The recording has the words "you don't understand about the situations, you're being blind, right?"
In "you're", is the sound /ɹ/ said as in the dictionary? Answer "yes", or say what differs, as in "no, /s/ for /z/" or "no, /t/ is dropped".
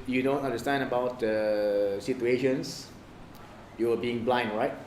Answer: no, /w/ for /ɹ/